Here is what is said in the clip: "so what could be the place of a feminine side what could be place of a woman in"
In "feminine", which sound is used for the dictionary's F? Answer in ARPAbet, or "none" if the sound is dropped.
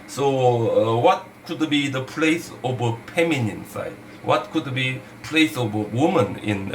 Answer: P